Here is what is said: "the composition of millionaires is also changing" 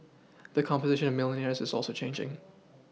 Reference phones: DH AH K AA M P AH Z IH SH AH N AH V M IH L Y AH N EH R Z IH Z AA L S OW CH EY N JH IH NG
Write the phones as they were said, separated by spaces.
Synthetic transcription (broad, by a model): DH AH K AA M P AH Z IH SH AH N AH V M IH L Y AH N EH R Z IH Z AA L S OW CH EY N JH IH NG